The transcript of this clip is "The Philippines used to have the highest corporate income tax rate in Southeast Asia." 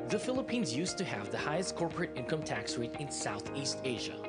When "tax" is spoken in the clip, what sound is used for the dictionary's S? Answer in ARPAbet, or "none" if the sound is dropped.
S